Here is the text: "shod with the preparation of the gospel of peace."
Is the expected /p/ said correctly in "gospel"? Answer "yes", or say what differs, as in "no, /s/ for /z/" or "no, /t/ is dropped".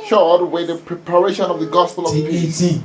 yes